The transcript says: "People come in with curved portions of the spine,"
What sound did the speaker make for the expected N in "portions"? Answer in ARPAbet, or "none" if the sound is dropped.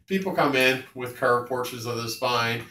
none